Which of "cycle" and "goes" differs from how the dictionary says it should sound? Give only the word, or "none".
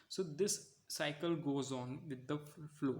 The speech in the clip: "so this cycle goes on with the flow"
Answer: none